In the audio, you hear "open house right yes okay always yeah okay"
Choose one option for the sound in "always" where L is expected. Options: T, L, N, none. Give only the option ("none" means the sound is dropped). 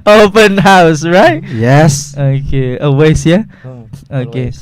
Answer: none